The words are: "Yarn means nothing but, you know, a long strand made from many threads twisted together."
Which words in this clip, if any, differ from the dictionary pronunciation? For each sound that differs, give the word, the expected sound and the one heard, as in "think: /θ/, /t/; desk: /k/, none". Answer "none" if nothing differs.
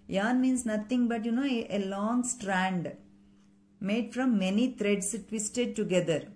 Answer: means: /z/, /s/; nothing: /θ/, /t/; threads: /θ/, /t/; threads: /z/, /s/